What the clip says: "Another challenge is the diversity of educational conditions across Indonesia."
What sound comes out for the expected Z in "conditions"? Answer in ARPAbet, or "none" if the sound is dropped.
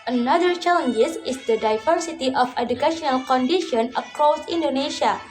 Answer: none